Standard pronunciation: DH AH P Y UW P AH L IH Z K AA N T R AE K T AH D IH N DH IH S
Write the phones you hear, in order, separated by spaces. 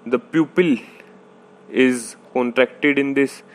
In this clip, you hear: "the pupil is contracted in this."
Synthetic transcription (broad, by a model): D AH P Y UW P AH L IH Z K AA N T R AE K T AH D IH N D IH S